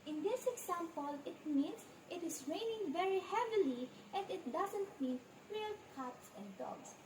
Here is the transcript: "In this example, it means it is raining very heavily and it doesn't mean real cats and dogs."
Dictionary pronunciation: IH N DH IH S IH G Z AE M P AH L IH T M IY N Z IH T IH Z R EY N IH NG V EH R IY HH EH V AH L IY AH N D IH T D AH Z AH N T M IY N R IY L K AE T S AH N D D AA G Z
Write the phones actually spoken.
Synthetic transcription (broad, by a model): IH N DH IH S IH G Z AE M P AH L IH T M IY N S IH T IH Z R EY N IH NG V EH R IY HH EH V AH L IY AH N D IH T D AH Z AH N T M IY N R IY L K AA T S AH N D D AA G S